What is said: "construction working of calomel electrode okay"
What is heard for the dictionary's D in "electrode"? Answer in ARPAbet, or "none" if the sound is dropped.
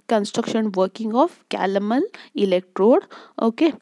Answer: D